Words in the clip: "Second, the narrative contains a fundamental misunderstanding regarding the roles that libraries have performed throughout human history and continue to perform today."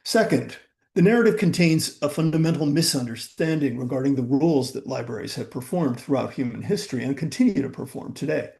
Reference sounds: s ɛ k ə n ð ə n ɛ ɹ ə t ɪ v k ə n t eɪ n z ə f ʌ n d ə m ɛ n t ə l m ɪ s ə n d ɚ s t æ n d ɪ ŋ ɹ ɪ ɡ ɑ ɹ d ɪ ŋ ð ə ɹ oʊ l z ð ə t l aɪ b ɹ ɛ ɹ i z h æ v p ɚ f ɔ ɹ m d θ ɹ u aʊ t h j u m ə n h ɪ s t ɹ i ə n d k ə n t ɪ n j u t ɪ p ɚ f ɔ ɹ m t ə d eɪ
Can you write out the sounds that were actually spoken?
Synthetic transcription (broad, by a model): s ɛ k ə n ð ə n ɛ ɹ ə t ɪ v k ə n t eɪ n z ə f ʌ n d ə m ɛ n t l m ɪ s ə n d ɚ s t æ n d ɪ ŋ ɹ ɪ ɡ ɑ ɹ d ɪ ŋ ð ə ɹ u l z ð ə t l aɪ b ɹ ɛ ɹ i z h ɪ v p ɚ f ɔ ɹ m θ ɹ u aʊ t h j u m ə n h ɪ s t ɹ i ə n k ə n t ɪ n j u t ɪ p ɚ f ɔ ɹ m t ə d eɪ